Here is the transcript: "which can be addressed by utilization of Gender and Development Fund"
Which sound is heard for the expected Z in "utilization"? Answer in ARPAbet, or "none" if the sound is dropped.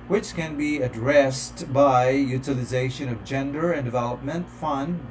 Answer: Z